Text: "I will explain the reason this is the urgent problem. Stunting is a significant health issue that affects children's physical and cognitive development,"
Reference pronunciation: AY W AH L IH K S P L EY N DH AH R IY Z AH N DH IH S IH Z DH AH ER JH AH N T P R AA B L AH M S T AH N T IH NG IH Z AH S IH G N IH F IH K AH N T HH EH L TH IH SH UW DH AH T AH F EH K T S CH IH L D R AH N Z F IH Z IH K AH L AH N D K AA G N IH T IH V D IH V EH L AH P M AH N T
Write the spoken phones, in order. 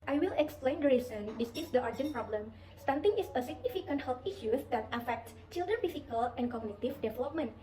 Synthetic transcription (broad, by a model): AY W AH L IH K S P L EY N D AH R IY S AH N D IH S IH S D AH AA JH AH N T P R AA B L AH M S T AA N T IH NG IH S AH S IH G N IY F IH K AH N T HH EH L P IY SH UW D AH T AH F EH K T S CH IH L D R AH N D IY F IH K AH L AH N K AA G N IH T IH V D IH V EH L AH P M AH N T